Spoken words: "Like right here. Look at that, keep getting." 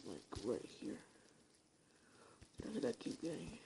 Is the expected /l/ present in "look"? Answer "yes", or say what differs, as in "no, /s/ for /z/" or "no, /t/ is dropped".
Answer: no, /n/ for /l/